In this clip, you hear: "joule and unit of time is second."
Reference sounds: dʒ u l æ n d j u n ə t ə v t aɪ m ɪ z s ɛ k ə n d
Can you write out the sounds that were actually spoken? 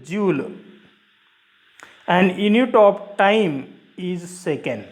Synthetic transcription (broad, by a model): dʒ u l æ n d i n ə t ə p t aɪ m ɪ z s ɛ k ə n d